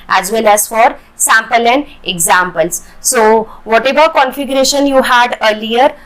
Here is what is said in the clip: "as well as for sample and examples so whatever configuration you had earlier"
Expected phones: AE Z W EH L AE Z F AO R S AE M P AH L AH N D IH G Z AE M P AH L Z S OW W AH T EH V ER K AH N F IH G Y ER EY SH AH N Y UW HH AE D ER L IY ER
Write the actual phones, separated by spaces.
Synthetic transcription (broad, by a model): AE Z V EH L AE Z F AO R S AE M P AH L AH N D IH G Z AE M P AH L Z S OW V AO T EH V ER K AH N F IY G Y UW EY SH AH N Y UW HH AE D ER L IY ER